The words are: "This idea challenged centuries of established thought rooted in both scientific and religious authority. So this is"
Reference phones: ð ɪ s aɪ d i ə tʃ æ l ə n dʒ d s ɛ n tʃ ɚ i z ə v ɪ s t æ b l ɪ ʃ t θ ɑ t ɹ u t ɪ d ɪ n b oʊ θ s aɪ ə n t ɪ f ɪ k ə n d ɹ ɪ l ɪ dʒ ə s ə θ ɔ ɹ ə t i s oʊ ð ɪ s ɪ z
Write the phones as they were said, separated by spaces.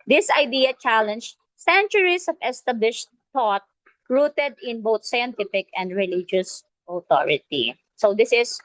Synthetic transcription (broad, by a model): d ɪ s aɪ d i ə tʃ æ l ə n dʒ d s ɛ n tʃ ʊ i s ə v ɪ s t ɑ b l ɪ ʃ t t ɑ t ɹ u t ɪ d ɪ n b oʊ t s aɪ ə n t ɪ f ɪ k ə n d ɹ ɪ l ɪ dʒ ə s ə t ɔ ɹ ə t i s oʊ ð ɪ s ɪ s